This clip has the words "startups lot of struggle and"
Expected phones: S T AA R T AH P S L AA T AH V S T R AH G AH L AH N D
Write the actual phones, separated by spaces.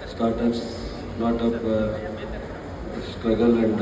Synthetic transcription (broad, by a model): S T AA R T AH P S N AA T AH P S T R AH G AH L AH N D